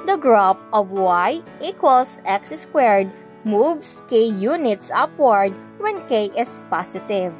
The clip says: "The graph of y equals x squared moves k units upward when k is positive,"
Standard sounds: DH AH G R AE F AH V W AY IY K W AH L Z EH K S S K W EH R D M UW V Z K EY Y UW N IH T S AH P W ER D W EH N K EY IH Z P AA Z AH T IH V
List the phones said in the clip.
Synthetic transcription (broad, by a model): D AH G R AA P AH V W AY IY K W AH L S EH K S S K W EH R D M UW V S K EY Y UW N IH T S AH P W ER D W EH N K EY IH S P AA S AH T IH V